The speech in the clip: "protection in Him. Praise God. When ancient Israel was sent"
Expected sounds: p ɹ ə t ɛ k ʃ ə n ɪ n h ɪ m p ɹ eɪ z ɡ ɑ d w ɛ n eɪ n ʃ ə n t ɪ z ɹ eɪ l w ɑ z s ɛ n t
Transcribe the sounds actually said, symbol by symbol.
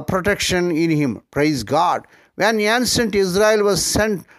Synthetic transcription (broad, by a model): p ɹ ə t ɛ k ʃ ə n ɪ n h ɪ m p ɹ eɪ z ɡ ɑ d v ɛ n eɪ n s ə n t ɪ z ɹ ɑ l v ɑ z s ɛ n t